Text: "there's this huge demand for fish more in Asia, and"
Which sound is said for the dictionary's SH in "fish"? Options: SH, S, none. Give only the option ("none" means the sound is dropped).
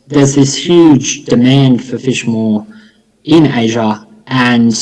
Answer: SH